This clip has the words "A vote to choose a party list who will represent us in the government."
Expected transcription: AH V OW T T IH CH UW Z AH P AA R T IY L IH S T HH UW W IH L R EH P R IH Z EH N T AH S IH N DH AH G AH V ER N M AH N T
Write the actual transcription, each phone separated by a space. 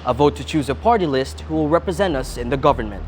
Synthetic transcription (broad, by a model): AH V OW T T IH CH UW Z AH P AA R T IY L IH S T HH UW W IH L R EH P R IH Z EH N T AH S IH N DH AH G AH V ER N M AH N T